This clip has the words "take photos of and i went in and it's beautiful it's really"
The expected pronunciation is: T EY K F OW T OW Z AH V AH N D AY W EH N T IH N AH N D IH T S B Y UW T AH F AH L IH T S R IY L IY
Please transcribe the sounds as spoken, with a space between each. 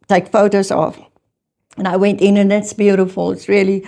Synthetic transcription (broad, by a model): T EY K F OW T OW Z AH F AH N AY W EH N T IH N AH N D IH T S B Y UW T AH F AH L IH T S R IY L IY